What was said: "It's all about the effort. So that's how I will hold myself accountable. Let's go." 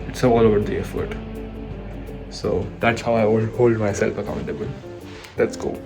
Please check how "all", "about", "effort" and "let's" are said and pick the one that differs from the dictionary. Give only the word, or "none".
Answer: about